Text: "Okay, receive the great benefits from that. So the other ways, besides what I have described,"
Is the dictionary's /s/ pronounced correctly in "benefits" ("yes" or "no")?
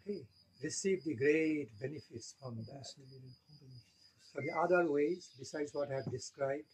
yes